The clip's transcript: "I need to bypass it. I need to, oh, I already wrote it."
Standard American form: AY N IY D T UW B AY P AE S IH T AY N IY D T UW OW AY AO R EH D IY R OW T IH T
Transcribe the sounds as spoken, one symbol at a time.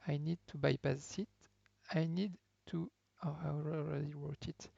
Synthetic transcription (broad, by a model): AY N IY D T UW B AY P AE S IH T AY N IY D T UW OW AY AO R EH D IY W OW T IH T